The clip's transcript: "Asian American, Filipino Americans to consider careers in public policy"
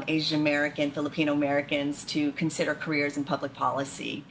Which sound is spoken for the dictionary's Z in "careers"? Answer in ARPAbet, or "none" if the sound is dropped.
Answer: Z